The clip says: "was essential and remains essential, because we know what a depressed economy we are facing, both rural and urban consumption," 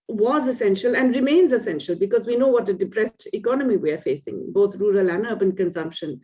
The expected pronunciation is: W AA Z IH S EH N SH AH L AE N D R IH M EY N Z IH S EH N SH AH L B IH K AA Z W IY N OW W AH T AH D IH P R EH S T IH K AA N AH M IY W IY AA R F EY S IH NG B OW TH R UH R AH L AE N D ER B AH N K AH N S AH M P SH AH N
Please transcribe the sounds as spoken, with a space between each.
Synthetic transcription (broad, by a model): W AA Z IH S EH N SH AH L AE N D R IH M EY N Z IH S EH N SH AH L B IH K AA Z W IY N OW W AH T AH D IH P R EH S T IH K AA N AH M IY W IY AA R F EY S IH NG B OW T R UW R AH L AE N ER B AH N K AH N S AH M P SH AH N